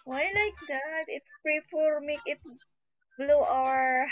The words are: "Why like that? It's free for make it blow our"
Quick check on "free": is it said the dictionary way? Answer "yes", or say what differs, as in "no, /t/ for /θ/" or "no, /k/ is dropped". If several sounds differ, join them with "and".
no, /p/ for /f/